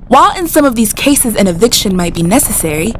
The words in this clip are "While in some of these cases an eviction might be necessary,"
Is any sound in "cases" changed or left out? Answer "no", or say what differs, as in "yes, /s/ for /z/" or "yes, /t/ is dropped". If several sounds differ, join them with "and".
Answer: no